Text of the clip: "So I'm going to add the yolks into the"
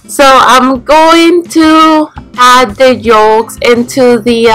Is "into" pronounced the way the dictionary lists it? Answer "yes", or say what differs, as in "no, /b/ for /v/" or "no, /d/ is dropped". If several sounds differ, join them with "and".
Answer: yes